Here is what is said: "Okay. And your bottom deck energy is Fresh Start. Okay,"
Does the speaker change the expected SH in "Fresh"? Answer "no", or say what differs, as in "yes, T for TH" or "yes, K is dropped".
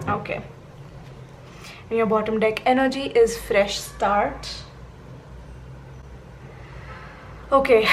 no